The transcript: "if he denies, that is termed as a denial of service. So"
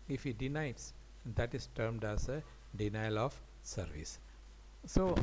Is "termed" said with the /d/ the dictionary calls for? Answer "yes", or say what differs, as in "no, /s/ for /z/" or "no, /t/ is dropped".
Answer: yes